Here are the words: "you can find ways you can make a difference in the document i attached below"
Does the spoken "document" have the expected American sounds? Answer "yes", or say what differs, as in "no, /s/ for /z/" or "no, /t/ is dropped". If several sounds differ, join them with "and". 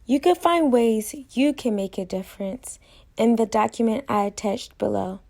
yes